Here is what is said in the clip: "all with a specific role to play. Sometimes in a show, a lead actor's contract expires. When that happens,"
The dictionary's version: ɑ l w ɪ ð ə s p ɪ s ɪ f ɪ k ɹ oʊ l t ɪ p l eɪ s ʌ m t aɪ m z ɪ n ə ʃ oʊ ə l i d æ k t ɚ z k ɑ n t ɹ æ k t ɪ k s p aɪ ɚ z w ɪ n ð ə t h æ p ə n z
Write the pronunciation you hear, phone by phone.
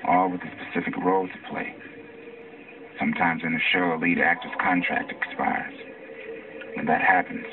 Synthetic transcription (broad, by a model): ɑ l w ɪ ð ə s p ɪ s ɪ f ɪ k ɹ oʊ l t ɪ p l eɪ s ʌ m t aɪ m z ɪ n ə ʃ oʊ ə l i d æ k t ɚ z k ɑ n t ɹ æ k t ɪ k s p aɪ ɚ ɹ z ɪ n ð ə t h æ p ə n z